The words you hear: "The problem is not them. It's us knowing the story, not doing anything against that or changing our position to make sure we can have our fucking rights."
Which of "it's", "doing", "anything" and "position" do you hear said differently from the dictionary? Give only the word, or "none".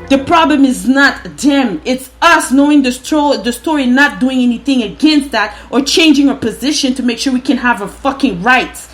none